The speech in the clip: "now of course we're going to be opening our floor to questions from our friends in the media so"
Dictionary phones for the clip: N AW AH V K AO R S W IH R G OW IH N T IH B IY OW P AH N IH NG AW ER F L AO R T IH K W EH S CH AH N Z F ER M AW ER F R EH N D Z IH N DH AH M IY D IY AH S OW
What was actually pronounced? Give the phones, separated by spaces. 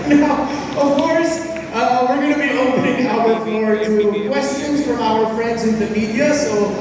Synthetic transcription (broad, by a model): N AW AH V K AO R S W IH R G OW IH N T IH B IY OW P AH N IH NG AW ER F L AO R T IH K W EH S CH AH N Z F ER AW ER F R EH N D Z IH N DH AH M IY D IY AH S OW